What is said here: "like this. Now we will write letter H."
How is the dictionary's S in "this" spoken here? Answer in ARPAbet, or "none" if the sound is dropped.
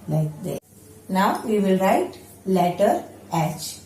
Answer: none